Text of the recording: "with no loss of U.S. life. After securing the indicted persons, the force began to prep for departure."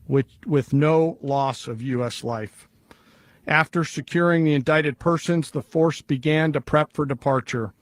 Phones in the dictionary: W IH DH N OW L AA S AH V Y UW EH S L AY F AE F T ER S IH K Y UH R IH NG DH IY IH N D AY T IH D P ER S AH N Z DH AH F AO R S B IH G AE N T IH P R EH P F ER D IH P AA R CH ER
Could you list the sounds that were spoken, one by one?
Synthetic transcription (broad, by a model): W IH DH N OW L AA S AH V Y UW EH S L AY F AE F T ER S IH K Y UH R IH NG DH IY IH N D AY T IH D P ER S AH N Z DH AH F AO R S B IH G AE N T IH P R EH P F ER D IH P AA R CH ER